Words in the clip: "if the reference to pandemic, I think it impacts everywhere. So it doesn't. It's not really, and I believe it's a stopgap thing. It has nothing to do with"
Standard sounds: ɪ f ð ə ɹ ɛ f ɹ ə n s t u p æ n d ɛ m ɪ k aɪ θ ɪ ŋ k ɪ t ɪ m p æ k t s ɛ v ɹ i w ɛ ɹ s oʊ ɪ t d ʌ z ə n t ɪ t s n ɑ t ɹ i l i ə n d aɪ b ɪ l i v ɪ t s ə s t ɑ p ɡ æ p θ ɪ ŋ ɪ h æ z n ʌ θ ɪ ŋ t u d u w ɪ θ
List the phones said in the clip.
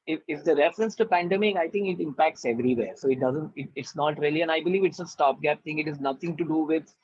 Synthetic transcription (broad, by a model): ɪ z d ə ɹ ɛ f ɹ ə n s t u p æ n d ɛ m ɪ k aɪ t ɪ ŋ k ɪ t ɪ m p æ k t s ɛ v ɹ i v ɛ ɹ s oʊ ɪ t d ʌ z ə n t ɪ t s n ɑ t ɹ i l i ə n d aɪ b ɪ l i v ɪ t s ə s t ɑ p ɡ æ p t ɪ ŋ ɪ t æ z n ʌ t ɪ ŋ t u d u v ɪ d